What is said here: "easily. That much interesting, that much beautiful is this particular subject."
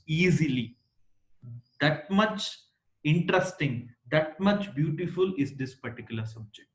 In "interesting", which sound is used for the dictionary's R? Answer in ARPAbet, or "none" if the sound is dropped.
R